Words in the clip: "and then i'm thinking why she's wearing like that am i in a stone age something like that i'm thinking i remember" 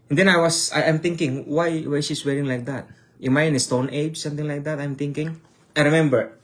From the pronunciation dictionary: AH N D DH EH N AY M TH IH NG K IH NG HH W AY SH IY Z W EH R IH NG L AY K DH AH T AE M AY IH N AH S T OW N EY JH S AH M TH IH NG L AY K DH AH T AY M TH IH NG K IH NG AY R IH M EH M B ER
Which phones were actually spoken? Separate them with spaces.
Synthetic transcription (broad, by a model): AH N D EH N AY M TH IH NG K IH NG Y W AY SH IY S W EH R IH NG L AY K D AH T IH M AY IH N AH S T OW N EY JH S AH M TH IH NG L AY K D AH T AY M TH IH NG K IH NG AY R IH M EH M B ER